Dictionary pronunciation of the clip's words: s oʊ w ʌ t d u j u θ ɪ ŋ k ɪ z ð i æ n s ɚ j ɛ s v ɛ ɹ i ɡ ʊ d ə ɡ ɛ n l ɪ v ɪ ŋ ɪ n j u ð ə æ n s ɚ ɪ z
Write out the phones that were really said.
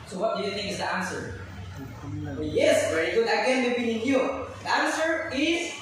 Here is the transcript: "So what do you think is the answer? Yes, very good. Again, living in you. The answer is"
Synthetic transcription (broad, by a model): s oʊ w ʌ t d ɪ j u θ ɪ ŋ k ɪ z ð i æ n s ɚ j ɛ s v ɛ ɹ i ɡ ʊ d ə ɡ ɛ n w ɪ b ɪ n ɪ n j u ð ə æ n s ɚ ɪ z